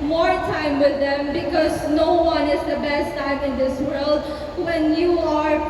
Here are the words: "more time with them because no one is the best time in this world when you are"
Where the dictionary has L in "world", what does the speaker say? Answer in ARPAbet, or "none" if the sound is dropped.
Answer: L